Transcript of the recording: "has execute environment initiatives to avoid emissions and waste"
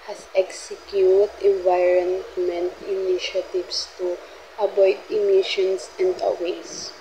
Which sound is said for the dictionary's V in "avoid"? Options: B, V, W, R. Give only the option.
B